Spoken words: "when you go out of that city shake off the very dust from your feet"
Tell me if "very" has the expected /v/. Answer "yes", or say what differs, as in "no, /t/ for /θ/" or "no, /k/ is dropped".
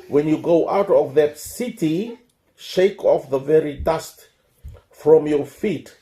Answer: yes